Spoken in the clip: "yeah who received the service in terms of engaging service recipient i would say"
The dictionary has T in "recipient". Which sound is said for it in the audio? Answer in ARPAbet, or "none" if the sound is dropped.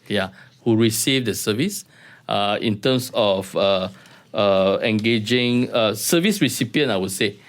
none